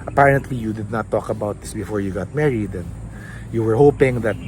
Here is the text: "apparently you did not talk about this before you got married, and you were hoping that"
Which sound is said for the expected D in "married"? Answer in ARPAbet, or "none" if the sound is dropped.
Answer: D